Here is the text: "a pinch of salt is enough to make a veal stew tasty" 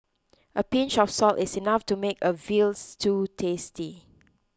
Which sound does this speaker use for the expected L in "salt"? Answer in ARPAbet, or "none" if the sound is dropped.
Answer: L